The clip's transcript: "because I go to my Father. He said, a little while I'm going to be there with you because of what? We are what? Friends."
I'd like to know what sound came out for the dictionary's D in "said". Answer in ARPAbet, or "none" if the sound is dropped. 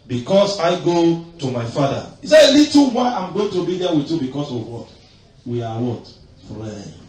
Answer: none